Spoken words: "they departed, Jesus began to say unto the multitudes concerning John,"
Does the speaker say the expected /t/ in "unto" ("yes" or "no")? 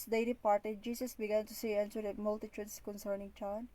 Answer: no